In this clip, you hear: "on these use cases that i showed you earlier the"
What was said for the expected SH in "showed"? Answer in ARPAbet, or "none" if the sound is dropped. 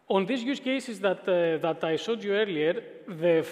S